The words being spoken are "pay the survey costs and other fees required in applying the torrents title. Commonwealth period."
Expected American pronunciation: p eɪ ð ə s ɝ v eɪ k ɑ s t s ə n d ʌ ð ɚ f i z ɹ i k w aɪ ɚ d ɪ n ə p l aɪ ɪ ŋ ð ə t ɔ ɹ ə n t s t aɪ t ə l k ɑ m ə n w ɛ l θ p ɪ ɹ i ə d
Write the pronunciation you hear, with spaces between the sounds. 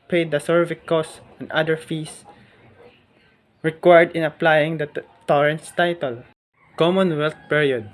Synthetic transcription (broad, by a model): p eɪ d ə s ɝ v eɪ k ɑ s s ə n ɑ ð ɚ f i s ɹ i k w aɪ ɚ d ɪ n ə p l aɪ ɪ ŋ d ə t ɔ ɹ ə n t s t aɪ t ə l k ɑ m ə n w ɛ l t p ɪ ɹ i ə d